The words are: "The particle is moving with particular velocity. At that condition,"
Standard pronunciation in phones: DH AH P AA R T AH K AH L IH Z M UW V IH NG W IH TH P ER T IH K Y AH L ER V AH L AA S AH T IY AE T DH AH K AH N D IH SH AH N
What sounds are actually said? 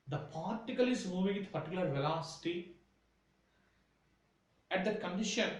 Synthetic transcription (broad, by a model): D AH P AA R T AH K AH L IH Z M UW V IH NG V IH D P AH T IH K L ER V AH L AA S AH T IY AE T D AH K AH N D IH SH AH N